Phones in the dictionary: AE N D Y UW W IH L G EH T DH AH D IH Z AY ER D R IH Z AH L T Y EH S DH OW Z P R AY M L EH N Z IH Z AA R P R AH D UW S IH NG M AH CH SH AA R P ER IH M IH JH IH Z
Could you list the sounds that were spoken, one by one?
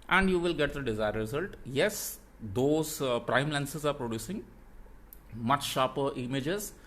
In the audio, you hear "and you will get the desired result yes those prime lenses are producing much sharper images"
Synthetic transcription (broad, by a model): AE N D Y UW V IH L G EH T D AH D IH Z AY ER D R IH Z AH L T Y EH S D OW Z P R AY M L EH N S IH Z AA R P R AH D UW S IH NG M AH CH SH AA P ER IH M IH JH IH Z